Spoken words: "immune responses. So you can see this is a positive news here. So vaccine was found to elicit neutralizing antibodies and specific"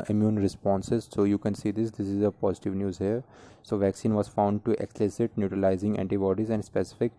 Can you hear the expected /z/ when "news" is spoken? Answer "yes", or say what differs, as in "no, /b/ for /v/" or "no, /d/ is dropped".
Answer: yes